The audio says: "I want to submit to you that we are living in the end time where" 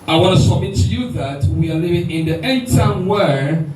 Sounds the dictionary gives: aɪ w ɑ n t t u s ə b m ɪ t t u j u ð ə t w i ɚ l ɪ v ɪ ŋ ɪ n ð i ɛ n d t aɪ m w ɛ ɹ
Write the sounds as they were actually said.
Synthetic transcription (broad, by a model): aɪ w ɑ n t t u s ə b m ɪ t t u j u ð ə t w i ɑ l ɪ v ɪ ŋ ɪ n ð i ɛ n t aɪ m w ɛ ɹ